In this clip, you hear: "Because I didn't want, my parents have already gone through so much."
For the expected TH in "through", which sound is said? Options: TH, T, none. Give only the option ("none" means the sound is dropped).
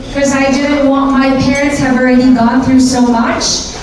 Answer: TH